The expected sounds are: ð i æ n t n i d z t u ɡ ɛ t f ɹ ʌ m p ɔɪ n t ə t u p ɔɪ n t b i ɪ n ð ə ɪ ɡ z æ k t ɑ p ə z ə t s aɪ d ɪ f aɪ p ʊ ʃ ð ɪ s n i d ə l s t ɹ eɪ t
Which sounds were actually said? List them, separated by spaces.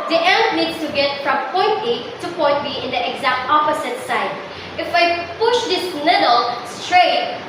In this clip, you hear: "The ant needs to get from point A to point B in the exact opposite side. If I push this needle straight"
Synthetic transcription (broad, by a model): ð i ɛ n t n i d s t u ɡ ɛ t f ɹ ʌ m p ɔɪ n t ə t u p ɔɪ n t b i ɪ n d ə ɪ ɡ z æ k t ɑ p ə s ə t s aɪ d ɪ f aɪ p ʊ ʃ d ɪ s l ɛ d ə l s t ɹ eɪ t